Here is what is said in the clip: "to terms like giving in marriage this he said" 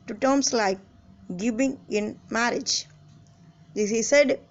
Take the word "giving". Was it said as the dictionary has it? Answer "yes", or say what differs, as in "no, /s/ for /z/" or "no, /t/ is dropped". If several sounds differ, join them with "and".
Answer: no, /b/ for /v/